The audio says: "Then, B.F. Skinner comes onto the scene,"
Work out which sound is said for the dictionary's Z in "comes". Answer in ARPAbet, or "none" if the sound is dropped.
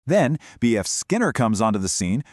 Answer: Z